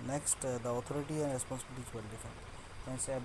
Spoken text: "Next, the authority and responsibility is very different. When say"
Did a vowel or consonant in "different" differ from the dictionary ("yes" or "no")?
yes